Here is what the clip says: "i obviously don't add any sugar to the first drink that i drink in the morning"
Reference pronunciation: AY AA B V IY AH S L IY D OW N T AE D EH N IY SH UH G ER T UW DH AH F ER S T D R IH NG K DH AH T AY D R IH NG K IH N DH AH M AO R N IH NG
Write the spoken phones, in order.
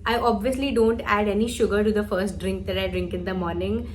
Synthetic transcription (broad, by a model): AY AA B V IY AH S L IY D OW N T AE D EH N IY SH UH G ER T UW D AH F ER S T D R IH NG K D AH T AY D R IH NG K IH N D AH M AO R N IH NG